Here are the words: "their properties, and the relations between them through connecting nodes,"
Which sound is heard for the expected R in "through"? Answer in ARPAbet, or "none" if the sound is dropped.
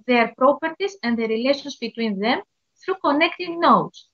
R